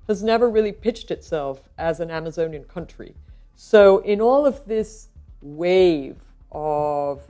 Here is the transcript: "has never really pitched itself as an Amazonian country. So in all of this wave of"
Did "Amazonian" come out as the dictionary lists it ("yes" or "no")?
yes